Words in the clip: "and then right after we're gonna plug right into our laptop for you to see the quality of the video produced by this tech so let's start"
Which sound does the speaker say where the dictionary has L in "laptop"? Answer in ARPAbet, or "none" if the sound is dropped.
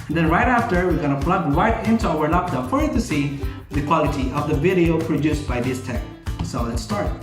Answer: N